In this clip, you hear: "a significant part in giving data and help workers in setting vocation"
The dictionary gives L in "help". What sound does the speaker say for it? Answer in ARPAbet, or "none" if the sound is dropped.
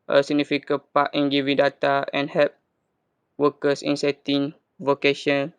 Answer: none